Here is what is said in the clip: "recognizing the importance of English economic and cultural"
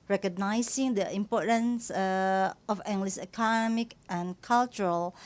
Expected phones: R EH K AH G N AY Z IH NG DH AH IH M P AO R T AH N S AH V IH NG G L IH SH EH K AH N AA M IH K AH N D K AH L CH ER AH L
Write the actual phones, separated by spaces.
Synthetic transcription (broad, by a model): R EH K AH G N AY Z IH NG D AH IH M P AO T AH N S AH F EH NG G L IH S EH K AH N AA M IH K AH N K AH L CH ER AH L